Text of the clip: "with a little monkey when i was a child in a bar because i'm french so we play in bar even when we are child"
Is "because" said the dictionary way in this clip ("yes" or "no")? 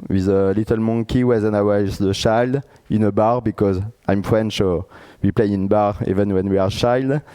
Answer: yes